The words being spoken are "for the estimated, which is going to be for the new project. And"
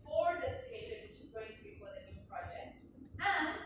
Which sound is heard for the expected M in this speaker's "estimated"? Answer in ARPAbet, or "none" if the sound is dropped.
none